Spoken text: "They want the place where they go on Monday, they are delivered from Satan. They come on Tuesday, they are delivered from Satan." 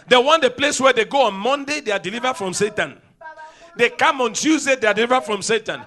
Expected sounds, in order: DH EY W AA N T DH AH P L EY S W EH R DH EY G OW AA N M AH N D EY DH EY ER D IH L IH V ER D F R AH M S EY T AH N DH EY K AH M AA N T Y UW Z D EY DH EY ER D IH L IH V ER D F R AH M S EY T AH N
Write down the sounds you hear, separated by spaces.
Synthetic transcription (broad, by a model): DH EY W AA N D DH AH P L EY S W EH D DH EY G OW AA N M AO N D EY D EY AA D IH L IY V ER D F R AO M S EY T AH N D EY K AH M AA N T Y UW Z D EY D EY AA D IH L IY V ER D F R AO M S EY T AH N